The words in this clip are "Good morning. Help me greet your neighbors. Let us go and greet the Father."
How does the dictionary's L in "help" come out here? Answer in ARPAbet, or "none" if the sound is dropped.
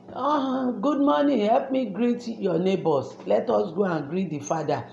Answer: L